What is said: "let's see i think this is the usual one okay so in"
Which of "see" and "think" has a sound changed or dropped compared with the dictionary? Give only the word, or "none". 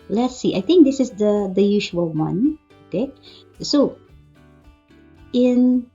think